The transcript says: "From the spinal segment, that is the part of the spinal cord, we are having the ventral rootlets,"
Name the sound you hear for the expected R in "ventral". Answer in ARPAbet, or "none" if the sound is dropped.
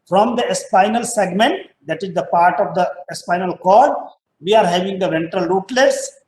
R